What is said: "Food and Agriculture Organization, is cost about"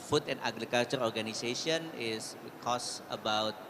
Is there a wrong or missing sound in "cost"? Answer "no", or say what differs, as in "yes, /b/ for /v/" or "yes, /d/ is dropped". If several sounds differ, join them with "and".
yes, /t/ is dropped